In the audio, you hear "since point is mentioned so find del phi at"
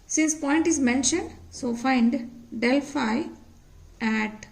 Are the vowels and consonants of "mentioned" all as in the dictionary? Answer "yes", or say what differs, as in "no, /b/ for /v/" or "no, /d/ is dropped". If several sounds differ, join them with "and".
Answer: yes